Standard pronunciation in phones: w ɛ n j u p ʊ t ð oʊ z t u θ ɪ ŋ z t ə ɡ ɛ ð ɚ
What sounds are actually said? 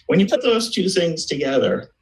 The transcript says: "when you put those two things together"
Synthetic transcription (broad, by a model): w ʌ n j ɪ p ʊ t ð oʊ z t u θ ɪ ŋ z t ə ɡ ɛ ð ɚ